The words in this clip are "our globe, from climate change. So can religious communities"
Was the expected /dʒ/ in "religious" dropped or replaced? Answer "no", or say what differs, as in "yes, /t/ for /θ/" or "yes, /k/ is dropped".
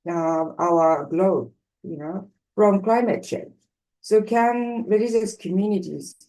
yes, /z/ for /dʒ/